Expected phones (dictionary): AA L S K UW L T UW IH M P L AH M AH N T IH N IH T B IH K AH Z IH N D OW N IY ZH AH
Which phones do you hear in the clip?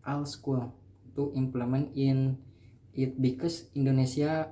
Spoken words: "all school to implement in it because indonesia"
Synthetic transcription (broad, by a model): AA L S K UW L T UW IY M P L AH M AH N IH N IH T B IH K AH S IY N D OW N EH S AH